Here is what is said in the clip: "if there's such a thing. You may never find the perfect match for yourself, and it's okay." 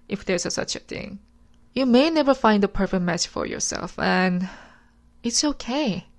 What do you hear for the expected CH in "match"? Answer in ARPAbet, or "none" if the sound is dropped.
S